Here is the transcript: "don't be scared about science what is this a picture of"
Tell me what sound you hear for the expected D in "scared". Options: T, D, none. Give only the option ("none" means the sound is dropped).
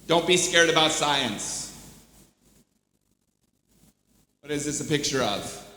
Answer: D